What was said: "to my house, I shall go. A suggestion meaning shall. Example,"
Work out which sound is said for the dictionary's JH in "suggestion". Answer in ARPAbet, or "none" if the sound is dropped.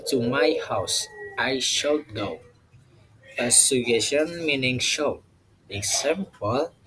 none